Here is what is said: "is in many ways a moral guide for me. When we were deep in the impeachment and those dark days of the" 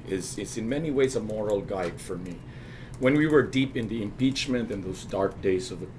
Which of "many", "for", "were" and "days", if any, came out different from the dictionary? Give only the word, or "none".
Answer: none